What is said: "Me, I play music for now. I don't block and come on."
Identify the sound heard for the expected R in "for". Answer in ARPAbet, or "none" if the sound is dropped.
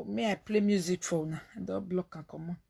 W